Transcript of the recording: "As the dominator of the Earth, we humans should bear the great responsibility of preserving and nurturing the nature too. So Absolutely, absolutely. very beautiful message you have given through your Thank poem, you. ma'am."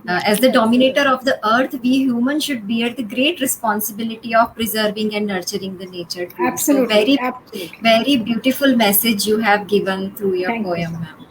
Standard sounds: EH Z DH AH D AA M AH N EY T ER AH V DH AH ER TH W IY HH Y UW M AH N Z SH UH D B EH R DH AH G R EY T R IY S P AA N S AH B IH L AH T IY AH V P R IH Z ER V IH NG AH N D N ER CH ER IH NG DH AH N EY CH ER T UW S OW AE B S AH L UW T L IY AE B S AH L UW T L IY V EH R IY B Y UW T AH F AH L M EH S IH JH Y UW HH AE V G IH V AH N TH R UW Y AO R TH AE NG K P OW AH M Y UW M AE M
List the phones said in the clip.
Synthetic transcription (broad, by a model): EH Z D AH D AA M AH N EY T ER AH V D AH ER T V IY HH Y UW M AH N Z SH UH D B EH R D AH G R EY T R IY S P AA N S AH B IH L AH T IY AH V P R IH Z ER V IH NG AH N D N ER CH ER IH NG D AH N EY CH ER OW AH T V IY T IY V EH R IY B Y UW T AH F AH L M EH S IH JH Y UW HH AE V G IH V AH N T R UW Y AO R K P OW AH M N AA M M